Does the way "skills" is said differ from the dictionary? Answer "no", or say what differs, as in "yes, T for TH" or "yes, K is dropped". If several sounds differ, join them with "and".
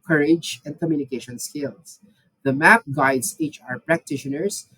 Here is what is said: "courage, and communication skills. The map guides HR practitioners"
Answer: yes, S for Z